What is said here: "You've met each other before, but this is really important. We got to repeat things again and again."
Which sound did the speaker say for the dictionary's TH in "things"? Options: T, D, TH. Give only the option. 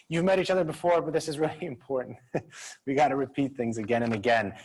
TH